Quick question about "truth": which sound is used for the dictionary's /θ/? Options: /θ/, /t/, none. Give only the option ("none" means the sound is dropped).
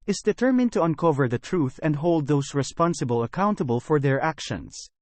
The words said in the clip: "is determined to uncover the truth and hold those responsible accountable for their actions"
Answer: /θ/